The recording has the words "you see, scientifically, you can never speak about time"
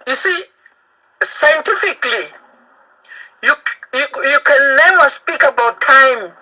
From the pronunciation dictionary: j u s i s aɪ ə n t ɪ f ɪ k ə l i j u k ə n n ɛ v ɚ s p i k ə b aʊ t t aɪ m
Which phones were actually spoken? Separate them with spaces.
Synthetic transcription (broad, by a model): j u s i s aɪ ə n t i f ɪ k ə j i j u k ə n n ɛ w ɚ s p i k ə b aʊ t t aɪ m